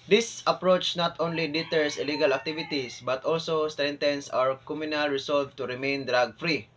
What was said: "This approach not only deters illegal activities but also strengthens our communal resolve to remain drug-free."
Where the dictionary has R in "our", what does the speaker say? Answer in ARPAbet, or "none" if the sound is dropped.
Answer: R